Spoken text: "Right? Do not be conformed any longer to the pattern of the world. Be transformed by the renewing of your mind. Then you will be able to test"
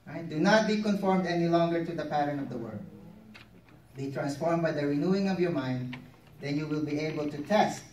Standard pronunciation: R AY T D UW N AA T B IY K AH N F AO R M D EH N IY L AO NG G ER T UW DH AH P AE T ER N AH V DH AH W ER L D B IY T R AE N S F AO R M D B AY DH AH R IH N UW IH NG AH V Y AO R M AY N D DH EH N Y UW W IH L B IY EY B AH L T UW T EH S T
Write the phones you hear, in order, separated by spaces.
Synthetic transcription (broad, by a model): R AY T D UW N AA T B IY K AH N F AO R M D EH N IY L AO NG G ER T UW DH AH P AE T ER N AH V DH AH W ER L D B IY T R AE N S F AO R M B AY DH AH R IH N UW IH NG AH V Y AO R M AY N D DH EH N Y UW W IH L B IY EY B AH L T UW T EH S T